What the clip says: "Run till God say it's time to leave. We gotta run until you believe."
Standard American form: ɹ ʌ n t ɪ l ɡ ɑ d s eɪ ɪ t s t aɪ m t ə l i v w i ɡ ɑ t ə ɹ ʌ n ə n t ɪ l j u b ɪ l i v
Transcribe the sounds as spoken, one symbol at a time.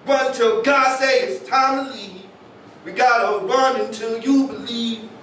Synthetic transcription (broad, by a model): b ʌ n t ɪ l ɡ ɑ d s eɪ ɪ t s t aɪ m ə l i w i ɡ ɑ t ə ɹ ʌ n ə n t ɪ l j u b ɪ l i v